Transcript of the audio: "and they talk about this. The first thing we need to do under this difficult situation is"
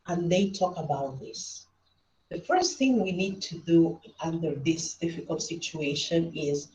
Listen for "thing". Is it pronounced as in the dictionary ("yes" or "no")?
yes